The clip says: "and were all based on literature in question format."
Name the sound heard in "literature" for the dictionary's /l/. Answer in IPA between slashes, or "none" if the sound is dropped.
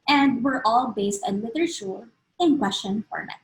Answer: /w/